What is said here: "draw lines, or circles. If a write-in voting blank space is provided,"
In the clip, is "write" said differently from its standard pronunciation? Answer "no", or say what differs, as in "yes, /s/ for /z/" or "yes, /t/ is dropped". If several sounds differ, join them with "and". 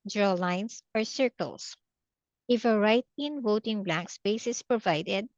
no